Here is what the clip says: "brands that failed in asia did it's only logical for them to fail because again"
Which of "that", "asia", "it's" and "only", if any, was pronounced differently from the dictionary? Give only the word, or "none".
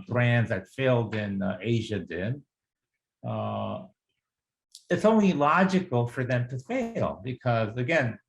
none